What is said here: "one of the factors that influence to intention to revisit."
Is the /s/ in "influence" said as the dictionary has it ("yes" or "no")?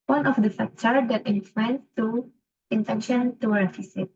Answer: no